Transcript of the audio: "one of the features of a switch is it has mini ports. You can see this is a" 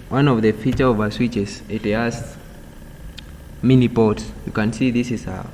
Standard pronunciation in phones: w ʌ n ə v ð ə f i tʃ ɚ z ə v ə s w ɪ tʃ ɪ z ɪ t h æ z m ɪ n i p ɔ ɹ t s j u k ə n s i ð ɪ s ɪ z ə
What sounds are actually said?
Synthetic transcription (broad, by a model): w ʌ n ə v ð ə f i tʃ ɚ ə v ə s w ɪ tʃ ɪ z ɪ t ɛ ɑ s m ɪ n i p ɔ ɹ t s j u k ə n s i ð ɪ s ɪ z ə